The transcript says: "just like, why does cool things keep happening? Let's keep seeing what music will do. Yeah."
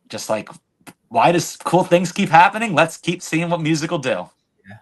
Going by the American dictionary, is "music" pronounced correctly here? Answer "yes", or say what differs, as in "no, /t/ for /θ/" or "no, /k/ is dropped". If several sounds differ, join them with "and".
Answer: yes